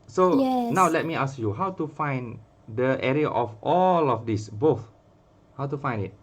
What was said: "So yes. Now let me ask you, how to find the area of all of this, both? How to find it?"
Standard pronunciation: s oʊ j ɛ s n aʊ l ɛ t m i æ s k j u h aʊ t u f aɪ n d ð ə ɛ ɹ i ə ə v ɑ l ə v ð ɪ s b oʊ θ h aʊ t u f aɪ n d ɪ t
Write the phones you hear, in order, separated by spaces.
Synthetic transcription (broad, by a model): s oʊ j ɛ n aʊ l ɛ t m i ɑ s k j u h aʊ t u f aɪ n d ə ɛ ɹ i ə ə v ɑ l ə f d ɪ s b oʊ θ h aʊ t u f aɪ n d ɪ t